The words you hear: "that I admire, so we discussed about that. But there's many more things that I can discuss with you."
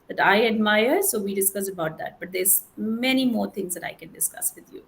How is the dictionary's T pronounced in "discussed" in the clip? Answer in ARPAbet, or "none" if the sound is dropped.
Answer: none